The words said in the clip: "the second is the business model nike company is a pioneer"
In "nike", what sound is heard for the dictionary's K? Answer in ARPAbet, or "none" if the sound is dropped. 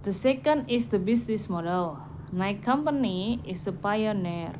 K